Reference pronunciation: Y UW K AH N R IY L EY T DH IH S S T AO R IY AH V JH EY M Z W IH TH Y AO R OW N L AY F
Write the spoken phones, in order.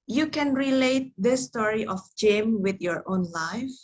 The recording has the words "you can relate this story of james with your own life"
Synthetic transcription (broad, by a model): Y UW K AH N R IY L EY T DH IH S S T AO R IY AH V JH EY M W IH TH Y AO R OW N L AY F